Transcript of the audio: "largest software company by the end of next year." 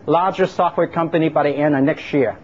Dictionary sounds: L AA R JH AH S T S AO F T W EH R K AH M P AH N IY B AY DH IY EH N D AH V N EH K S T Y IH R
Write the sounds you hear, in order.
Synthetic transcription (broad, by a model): L AA R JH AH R S AO F T W EH R K AH M P AH N IY B AY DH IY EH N AH N EH K S T Y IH R